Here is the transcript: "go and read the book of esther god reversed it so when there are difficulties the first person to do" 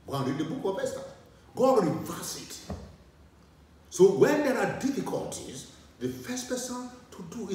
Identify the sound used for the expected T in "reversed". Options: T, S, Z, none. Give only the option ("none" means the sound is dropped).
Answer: none